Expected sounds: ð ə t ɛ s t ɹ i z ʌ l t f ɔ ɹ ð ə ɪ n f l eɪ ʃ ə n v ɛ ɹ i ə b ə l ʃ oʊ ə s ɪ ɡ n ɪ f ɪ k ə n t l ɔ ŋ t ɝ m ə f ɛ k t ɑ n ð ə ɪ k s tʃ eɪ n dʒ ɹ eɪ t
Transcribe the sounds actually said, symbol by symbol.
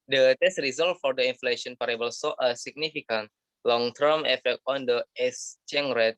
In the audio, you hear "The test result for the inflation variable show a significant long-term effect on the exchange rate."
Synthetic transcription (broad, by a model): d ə t ɛ s t ɹ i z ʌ l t f ɔ ɹ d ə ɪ n f l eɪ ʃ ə n p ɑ ɹ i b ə l s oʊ ə s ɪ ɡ n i f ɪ k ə n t l ɔ ŋ t ɝ m ə f ɛ k t ɑ n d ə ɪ s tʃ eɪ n ɹ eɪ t